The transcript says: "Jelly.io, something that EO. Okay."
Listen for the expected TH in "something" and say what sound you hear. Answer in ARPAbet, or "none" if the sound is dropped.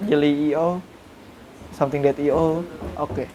T